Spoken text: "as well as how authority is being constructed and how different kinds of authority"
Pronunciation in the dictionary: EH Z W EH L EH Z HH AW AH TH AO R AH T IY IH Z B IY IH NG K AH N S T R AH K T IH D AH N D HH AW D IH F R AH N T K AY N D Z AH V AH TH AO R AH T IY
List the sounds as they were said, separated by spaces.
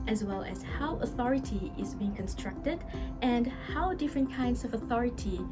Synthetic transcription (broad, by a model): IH Z W EH L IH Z HH AW AH TH AO R AH T IY IH Z B IY IH NG K AH N S T R AH K T IH D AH N HH AW D IH F R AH N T K AY N D Z AH V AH TH AO R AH T IY